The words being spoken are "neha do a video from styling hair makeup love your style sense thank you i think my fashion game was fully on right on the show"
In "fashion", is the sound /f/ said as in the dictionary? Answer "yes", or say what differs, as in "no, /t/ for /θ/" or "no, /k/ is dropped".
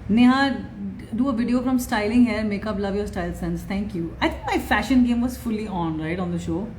yes